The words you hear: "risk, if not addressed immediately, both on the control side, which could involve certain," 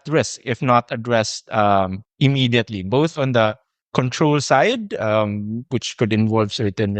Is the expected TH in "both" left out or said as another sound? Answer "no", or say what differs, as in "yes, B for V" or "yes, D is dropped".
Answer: no